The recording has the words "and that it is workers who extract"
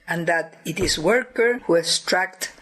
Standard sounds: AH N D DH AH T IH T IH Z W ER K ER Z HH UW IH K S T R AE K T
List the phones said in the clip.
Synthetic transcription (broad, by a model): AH N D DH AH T IH T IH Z W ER K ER HH UW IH S T R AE K T